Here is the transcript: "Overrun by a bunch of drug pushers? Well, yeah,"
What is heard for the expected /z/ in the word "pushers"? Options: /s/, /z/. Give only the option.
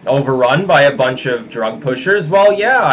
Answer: /z/